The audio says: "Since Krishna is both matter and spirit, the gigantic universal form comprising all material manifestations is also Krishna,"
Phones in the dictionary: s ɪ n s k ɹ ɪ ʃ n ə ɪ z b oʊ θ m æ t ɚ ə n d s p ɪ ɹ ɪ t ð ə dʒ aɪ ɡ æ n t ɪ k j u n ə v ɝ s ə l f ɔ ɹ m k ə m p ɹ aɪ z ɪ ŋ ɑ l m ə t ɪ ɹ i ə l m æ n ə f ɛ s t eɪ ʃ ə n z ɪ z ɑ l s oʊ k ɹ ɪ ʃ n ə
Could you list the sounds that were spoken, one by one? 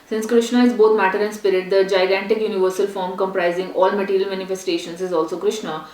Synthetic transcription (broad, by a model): s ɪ n s k ɹ ɪ ʃ n ə ɪ z b oʊ t m æ t ɚ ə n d s p ɪ ɹ ɪ t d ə dʒ aɪ ɡ æ n t ɪ k j u n ə v ɝ s ə l f ɔ ɹ m k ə m p ɹ aɪ z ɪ ŋ ɑ l m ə t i ɹ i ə l m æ n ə f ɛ s t eɪ ʃ ə n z ɪ z ɑ l s oʊ k ɹ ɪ ʃ n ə